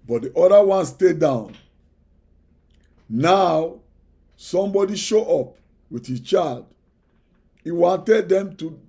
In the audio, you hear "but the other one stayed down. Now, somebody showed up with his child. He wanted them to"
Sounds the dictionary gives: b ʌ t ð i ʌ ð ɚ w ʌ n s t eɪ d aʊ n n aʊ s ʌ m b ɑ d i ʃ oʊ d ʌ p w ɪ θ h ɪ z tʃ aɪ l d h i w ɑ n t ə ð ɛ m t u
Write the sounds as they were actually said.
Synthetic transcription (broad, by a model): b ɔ t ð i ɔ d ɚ w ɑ n s t eɪ d aʊ n n aʊ s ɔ m b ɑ d i ʃ oʊ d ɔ p w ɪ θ h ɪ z tʃ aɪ l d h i w ɑ n t ə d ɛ m t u